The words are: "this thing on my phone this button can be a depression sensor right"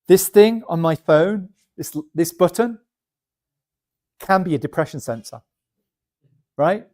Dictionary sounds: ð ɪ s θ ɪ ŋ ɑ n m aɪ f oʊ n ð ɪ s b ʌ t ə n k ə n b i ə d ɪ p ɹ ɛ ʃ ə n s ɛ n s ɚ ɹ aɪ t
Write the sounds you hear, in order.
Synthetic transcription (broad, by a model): ð ɪ s θ ɪ ŋ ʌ n m aɪ f oʊ n ð ɪ s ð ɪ s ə n k ə n b i ə d ɪ p ɹ ɛ ʃ ə n s ɛ n s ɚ ɹ aɪ t